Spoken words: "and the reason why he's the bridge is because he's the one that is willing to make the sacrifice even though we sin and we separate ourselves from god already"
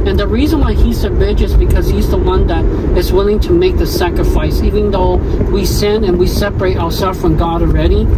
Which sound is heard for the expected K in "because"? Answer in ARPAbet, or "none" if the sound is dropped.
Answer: K